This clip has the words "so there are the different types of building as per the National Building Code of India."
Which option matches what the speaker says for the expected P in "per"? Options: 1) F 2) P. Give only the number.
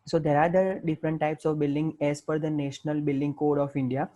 1